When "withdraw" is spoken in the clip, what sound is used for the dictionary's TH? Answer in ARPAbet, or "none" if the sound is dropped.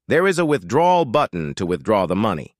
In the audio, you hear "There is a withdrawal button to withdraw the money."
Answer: TH